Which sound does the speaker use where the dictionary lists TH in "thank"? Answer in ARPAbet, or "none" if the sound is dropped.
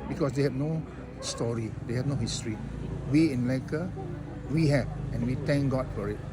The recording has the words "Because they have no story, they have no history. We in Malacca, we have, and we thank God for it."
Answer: T